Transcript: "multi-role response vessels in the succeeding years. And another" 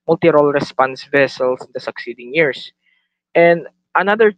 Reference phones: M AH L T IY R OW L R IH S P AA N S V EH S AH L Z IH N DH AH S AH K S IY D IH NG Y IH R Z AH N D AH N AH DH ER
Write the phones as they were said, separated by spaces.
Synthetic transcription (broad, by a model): M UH L T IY R OW L R IH S P AA N S V EH S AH L S IH N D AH S AH K S IY D IH NG Y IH R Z AH N D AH N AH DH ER